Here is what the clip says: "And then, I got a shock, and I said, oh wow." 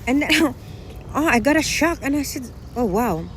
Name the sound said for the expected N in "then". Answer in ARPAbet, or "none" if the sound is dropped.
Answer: none